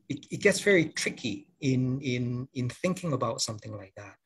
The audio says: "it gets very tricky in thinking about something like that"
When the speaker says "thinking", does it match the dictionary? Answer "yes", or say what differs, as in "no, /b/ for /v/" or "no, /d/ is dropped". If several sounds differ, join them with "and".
yes